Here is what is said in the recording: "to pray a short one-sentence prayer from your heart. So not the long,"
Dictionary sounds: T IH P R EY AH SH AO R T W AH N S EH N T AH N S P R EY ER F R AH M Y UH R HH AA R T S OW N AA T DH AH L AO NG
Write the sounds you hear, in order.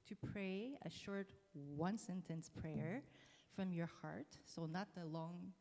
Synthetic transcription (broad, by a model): T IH P R EY AH SH AO R T W AH N S EH N T AH N S P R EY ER F R AH M Y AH R HH AA R T S OW N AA T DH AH L AO NG